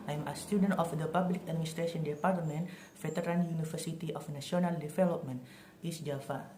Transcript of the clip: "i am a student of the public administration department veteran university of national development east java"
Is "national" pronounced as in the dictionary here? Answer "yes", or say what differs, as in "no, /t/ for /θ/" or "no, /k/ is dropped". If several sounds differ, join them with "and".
no, /s/ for /ʃ/